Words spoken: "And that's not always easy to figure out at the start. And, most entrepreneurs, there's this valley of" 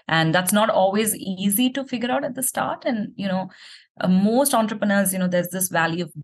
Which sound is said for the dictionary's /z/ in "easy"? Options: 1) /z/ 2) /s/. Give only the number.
1